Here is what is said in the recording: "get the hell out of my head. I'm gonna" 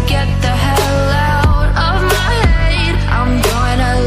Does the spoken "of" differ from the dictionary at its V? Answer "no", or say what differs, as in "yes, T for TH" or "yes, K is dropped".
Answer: no